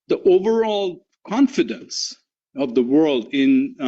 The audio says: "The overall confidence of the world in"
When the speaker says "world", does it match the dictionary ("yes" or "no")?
yes